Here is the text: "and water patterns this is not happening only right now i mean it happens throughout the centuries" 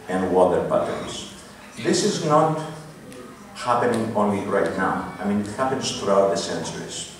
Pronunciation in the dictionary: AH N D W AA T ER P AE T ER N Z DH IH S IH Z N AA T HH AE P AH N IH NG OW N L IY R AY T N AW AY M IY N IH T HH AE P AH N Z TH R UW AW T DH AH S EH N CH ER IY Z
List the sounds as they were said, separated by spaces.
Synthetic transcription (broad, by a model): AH N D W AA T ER B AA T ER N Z DH IH S IH Z N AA T HH AE P AH N IH NG OW N L IY R AY T N AW AY M IY N IH T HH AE P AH N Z TH R UW AW T DH AH S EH N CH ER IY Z